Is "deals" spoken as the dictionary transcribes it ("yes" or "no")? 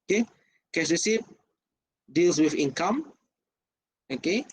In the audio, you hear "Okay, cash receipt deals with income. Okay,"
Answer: no